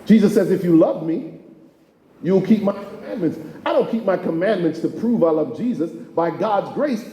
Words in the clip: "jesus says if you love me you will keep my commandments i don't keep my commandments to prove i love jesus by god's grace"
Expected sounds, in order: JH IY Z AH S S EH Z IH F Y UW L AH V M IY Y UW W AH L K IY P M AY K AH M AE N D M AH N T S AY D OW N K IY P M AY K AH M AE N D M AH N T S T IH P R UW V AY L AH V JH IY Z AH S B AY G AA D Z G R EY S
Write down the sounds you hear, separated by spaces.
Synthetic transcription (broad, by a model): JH IY Z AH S S EH Z IH F Y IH L AH V M IY Y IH W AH L K IY P M AY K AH M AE N M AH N T S AY D OW N K IY P M AY K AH M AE N M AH N T S T IH P R UW V AY L AH V JH IY Z AH S B AY G AA D Z G R EY S